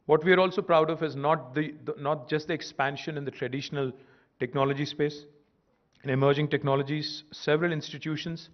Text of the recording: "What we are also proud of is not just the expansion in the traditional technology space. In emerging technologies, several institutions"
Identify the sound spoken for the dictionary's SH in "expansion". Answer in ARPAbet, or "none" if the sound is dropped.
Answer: SH